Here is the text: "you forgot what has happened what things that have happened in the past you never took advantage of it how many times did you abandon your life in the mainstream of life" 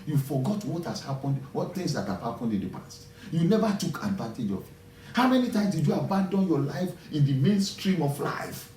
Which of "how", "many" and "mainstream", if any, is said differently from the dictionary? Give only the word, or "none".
none